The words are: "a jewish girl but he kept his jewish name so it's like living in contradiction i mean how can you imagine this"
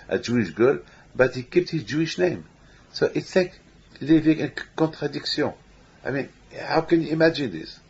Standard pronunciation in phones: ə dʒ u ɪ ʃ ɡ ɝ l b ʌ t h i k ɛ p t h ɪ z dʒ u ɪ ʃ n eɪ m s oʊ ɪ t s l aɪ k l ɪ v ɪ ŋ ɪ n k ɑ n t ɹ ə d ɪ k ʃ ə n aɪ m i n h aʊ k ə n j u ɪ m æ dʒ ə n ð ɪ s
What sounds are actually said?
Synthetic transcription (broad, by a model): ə dʒ u ɪ ʃ ɡ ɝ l b ʌ t h i k ɛ p t h ɪ z dʒ u ɪ ʃ n eɪ m s oʊ ɪ t s l aɪ k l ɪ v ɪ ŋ ɪ n k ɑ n t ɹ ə d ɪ k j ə aɪ m i n h aʊ k ə n j u ɪ m æ dʒ ə n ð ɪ s